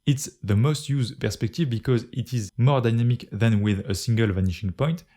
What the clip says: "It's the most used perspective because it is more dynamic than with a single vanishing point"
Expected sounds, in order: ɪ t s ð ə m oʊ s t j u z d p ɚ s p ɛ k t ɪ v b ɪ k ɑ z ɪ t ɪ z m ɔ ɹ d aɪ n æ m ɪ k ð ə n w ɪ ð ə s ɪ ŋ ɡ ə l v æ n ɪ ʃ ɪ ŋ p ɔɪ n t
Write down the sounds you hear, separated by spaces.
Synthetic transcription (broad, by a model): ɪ t s ð ə m oʊ s t j u z d p ɚ s p ɛ k t ɪ v b ɪ k ɑ z ɪ t ɪ z m ɔ ɹ d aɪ n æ m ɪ k ð ə n w ɪ ð ə s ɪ ŋ ɡ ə l v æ n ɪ ʃ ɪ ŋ p ɔɪ n t